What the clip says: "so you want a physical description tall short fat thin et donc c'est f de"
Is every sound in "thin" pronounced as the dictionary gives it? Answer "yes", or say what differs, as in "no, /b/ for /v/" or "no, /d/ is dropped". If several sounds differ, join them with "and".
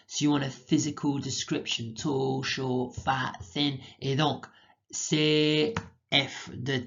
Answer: yes